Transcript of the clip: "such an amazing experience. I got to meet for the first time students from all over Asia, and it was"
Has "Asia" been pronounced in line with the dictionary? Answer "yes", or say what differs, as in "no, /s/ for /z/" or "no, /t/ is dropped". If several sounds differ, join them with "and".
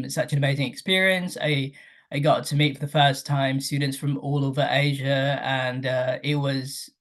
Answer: yes